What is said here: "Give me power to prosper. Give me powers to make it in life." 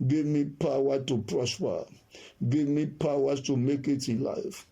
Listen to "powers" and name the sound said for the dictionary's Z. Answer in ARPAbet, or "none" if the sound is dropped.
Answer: none